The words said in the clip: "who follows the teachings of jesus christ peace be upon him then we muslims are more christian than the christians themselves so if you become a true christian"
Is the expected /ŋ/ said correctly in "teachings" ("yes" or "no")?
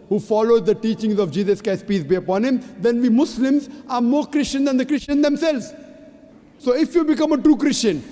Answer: yes